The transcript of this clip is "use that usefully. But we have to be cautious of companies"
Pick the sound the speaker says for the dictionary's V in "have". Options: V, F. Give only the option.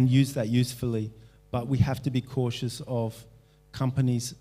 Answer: F